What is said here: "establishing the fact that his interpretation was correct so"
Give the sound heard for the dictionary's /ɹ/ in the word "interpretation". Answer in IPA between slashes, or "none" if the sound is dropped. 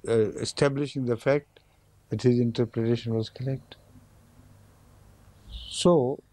/ɹ/